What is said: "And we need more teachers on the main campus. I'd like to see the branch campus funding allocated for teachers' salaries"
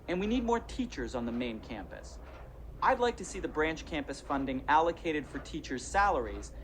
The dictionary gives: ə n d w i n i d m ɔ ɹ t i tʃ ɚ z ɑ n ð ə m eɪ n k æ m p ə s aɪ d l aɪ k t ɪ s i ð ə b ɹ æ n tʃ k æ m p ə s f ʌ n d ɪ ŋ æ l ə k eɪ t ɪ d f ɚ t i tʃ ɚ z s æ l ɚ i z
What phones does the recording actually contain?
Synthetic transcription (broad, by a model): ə n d w i n i d m ɔ ɹ t i tʃ ɚ z n ð ə m eɪ n k æ m p ə s aɪ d l aɪ k t ɪ s i ð ə b ɹ æ n tʃ k æ m p ə s f ʌ n d ɪ ŋ æ l ə k eɪ t ɪ d f ɚ t i tʃ ɚ z s æ l ɚ i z